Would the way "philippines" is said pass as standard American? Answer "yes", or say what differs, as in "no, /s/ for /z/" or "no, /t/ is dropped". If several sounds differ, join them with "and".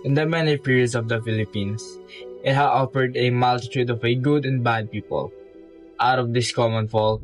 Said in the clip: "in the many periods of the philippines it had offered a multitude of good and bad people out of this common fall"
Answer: no, /s/ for /z/